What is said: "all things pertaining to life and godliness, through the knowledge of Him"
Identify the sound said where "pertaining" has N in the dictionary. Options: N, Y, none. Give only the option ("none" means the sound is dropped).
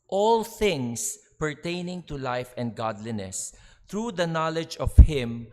N